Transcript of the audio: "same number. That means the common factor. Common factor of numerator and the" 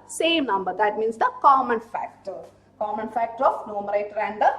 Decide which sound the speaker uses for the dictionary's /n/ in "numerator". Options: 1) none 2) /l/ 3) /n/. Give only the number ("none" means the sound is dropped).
3